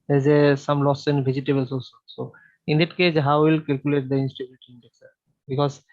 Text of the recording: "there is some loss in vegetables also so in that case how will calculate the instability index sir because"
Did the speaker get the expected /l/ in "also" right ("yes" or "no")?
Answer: no